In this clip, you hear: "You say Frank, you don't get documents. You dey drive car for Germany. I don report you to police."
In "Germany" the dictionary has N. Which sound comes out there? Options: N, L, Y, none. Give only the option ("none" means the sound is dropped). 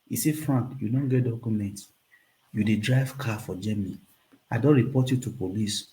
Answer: none